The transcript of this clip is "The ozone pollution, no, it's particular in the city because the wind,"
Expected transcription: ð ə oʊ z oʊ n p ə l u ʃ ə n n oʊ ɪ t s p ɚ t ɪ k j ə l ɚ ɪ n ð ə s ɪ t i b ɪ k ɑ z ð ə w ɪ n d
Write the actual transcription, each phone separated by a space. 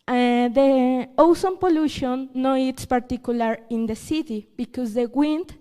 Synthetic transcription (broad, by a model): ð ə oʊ s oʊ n p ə l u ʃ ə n n oʊ ɪ t s p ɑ t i k j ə l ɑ ɪ n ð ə s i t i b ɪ k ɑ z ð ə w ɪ n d